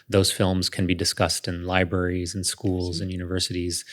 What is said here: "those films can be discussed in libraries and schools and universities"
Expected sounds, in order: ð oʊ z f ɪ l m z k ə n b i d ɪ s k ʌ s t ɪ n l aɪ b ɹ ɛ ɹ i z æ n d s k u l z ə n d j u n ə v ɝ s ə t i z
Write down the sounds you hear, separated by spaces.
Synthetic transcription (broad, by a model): ð oʊ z f ɪ l m z k ə n b i d ɪ s k ʌ s t ɪ n l aɪ b ɹ ɛ ɹ i z n s k u l z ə n j u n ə v ɝ s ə t i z